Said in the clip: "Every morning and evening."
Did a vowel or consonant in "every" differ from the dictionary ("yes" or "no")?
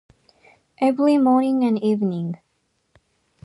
yes